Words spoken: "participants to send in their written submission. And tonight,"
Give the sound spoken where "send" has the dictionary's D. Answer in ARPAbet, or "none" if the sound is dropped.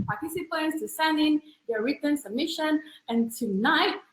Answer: none